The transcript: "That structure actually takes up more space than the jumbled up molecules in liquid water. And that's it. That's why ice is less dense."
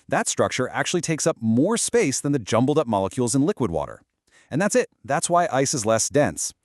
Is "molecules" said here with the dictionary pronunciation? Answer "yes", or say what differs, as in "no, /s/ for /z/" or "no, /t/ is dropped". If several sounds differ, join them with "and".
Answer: yes